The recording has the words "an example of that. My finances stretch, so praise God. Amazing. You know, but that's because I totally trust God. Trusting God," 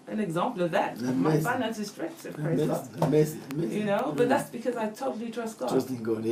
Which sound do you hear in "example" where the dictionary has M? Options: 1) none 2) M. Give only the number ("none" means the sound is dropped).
2